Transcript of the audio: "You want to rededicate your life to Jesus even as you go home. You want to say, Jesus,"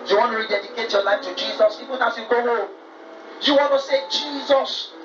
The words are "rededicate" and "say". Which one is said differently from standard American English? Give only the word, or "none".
none